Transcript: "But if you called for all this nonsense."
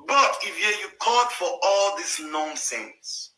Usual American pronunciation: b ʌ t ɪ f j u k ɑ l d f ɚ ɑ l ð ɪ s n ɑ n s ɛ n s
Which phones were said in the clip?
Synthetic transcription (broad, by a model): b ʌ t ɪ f j u k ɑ d f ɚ ɑ l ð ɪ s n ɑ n s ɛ n s